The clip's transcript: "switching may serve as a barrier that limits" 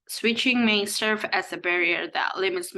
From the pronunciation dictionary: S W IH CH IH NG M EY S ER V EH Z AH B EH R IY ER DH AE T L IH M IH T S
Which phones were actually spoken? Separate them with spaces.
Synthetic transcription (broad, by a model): S W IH CH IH NG M EY S ER V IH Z AH B EH R IY ER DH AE T L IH M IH T S